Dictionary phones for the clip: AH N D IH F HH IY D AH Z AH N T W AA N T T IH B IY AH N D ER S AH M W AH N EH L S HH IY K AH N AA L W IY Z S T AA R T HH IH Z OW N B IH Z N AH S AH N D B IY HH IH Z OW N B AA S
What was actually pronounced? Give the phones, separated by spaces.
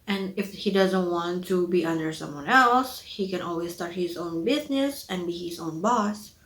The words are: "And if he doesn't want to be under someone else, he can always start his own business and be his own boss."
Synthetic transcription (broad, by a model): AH N IH F HH IY D AH Z AH N T W AA N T T IH B IY AH N D ER S AH M W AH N EH L S HH IY K AH N AA L W IY Z S T AA R T HH IH Z OW N B IH Z N AH S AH N B IY HH IH Z OW N B AA S